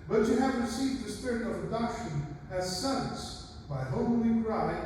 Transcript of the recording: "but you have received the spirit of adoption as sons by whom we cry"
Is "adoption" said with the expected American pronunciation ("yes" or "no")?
no